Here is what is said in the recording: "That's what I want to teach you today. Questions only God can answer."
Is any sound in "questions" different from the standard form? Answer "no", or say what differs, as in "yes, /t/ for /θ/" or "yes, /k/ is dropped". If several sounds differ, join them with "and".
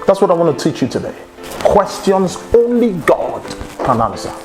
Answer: no